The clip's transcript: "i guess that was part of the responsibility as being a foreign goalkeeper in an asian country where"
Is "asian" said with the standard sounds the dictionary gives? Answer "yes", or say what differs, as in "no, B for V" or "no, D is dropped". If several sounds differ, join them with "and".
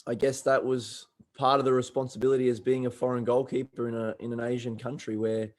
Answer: yes